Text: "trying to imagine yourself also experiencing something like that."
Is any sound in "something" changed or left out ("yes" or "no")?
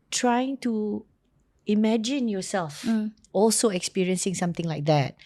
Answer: yes